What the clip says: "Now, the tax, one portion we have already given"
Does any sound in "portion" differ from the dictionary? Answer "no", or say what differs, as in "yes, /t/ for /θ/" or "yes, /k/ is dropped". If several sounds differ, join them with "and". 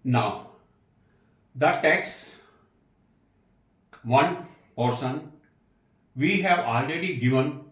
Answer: yes, /s/ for /ʃ/